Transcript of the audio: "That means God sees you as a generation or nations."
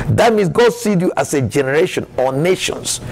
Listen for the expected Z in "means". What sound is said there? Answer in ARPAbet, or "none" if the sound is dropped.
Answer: S